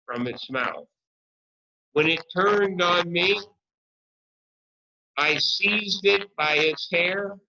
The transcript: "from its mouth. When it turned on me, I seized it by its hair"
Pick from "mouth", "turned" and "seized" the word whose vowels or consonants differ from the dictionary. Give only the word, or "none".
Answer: none